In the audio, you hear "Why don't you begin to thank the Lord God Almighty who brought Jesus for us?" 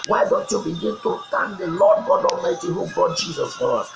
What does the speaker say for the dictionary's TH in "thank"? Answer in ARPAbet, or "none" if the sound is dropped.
T